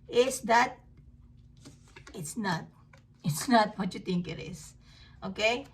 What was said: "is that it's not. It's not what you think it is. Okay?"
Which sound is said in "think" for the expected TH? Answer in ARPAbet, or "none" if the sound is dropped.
T